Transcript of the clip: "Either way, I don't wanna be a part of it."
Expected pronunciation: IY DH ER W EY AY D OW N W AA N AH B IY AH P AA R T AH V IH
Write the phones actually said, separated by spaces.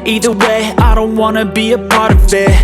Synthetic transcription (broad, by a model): IY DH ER W EY AY D OW N W AA N AH B IY AH P AA R T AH V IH